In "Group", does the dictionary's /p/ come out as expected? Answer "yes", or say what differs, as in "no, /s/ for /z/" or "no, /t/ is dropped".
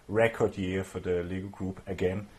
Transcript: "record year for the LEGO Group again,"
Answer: no, /b/ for /p/